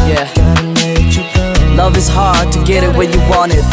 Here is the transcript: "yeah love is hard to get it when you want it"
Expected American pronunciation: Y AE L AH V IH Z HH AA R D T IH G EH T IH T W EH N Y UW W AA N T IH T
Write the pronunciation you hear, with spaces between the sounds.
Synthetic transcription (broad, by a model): Y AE L AH V IH Z HH AA R D T IH G EH T IH T W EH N Y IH W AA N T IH T